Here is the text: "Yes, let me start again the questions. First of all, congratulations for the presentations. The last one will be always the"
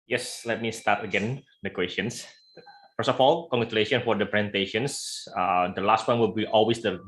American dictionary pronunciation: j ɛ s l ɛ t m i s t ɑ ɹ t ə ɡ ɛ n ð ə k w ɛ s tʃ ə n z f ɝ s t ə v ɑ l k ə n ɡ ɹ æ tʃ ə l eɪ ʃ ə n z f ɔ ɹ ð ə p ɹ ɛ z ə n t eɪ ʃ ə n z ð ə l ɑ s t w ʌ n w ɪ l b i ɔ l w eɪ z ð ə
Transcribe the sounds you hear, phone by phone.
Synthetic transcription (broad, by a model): j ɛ s l ɛ t m i s t ɑ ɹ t ə ɡ ɛ n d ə k w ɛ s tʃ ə n s f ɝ s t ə f ɑ l k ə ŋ ɡ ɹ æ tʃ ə l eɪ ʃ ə n f ɔ ɹ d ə p ɹ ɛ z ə n t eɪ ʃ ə n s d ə l ɑ s t w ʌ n w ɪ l b i ɔ l w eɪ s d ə